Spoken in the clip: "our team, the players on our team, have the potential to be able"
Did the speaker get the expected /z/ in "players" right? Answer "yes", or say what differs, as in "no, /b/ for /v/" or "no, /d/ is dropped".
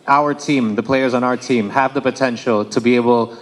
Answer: yes